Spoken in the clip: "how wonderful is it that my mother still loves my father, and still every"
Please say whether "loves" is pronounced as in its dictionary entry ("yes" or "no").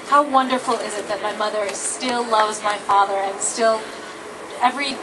yes